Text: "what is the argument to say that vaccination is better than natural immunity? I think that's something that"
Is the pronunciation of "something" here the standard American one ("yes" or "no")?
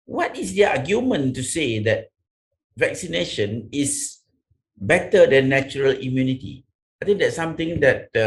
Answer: no